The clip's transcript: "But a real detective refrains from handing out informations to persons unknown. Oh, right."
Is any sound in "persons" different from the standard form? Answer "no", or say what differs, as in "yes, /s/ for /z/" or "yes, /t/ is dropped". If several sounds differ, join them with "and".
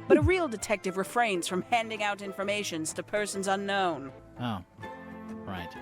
no